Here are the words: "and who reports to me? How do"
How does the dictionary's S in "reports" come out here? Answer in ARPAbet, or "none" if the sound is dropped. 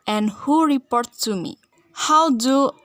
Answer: none